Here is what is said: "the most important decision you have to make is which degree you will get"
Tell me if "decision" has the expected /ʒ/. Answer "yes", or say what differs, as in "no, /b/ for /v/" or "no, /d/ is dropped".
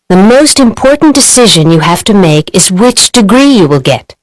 yes